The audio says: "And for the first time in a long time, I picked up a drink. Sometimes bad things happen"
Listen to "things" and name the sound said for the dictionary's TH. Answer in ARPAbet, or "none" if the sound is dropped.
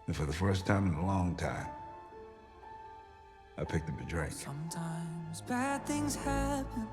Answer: TH